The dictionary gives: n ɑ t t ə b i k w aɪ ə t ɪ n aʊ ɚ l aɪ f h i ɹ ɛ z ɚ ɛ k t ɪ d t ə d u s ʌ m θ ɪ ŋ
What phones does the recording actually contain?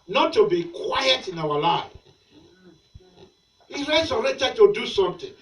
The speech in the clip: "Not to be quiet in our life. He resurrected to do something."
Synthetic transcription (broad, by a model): n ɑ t t ə b i k w aɪ ə t ɪ n aʊ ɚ l aɪ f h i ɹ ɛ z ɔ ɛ t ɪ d t ə d u s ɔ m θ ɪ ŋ